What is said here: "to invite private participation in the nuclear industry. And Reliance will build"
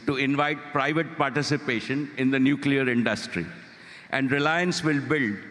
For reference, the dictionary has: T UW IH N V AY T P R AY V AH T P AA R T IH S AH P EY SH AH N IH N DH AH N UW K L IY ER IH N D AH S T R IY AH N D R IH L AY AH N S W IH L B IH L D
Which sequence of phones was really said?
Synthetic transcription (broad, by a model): T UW IH N V AY T P R AY V AH T P AA R T IH S AH P EY SH AH N IH N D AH N UW K L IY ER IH N D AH S T R IY AH N D R IH L AY AH N S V IH L B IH L D